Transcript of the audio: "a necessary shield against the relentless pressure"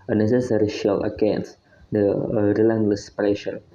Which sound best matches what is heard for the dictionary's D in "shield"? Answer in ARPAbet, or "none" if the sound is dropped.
none